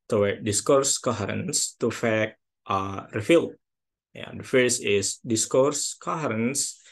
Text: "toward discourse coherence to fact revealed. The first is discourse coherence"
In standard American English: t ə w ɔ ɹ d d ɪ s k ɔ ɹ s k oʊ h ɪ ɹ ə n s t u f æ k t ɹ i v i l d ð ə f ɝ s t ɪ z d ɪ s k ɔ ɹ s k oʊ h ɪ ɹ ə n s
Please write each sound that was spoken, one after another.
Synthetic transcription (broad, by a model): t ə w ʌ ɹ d d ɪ s k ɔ ɹ s k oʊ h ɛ ɹ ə n s t u f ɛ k t ɹ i f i l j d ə f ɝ s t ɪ s d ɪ s k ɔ ɹ s k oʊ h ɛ ɹ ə n s